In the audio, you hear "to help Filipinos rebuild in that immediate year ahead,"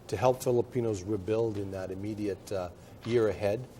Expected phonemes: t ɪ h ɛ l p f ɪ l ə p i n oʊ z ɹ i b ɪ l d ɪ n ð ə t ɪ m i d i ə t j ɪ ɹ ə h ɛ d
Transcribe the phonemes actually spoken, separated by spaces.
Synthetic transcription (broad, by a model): t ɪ h ɛ l p f ɪ l ə p i n oʊ z ɹ i b ɪ l d ɪ n ð ə t ɪ m i d i ə t j ɪ ɹ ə h ɛ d